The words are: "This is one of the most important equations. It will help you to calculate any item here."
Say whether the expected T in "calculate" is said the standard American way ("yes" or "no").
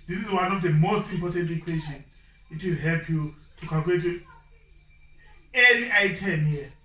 no